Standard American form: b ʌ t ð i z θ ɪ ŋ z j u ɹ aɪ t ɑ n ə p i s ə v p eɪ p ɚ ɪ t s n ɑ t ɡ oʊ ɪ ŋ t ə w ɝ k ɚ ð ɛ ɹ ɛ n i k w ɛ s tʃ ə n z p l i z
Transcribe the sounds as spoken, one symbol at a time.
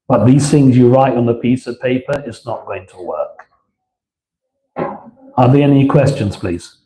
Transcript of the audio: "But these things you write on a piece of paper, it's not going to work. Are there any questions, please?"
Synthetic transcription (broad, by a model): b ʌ t ð i z θ ɪ ŋ z j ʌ ɹ aɪ t n ə p i s ə v p eɪ p ɚ ɪ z n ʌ t ɡ oʊ ɪ ŋ t ə w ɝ k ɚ ð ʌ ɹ ɛ n i k w ɛ s tʃ ə n z p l i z